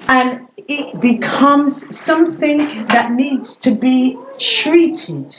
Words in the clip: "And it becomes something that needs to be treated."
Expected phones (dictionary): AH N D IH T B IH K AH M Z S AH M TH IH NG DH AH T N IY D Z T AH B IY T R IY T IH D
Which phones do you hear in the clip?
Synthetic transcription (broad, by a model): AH N IH T B IH K AH M Z S AH M TH IH NG DH AH T N IY D Z T AH B IY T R IY T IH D